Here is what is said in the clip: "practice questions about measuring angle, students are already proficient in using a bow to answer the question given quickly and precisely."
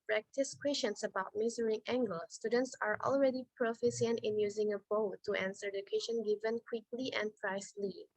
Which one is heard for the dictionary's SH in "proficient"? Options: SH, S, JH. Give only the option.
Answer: S